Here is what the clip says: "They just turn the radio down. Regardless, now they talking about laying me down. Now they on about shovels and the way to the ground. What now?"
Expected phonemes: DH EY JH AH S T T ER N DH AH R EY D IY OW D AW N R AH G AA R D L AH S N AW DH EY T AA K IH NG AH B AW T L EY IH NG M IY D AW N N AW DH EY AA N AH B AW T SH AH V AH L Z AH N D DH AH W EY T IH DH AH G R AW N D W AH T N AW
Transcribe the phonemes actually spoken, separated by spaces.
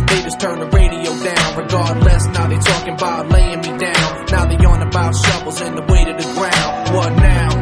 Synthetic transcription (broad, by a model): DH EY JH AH S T T ER N DH AH R EY D IY OW D AW N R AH G AA R D L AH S N AW DH EY T AA K IH NG AH B AW T L EY IH NG M IY D AW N N AW DH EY AA N AH B AW T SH AH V L Z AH N DH AH W EY T IH DH AH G R AW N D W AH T N AW